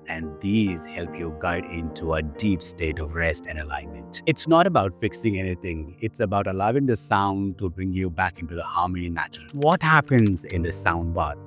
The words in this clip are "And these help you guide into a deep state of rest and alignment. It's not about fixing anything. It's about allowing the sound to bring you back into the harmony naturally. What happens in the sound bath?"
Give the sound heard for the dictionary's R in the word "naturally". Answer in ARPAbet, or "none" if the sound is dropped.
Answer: none